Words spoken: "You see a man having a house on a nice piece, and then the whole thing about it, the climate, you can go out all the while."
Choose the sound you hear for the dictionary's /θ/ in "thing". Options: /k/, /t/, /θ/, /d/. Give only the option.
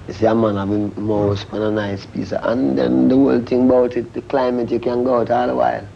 /t/